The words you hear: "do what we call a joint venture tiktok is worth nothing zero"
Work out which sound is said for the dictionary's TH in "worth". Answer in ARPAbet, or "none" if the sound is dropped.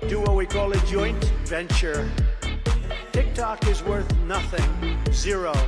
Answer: TH